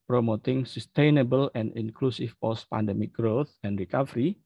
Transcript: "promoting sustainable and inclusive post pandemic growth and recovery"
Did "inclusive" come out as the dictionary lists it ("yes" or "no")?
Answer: no